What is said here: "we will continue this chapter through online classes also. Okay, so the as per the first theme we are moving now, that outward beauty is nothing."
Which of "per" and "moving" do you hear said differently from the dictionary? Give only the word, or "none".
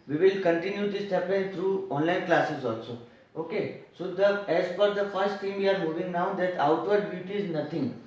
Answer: per